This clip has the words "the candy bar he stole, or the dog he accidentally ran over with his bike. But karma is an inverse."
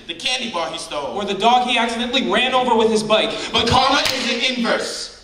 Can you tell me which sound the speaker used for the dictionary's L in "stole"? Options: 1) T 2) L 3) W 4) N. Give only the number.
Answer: 3